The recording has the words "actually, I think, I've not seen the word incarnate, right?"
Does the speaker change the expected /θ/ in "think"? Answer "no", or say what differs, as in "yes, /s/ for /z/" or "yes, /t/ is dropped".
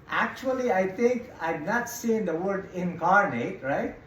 yes, /t/ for /θ/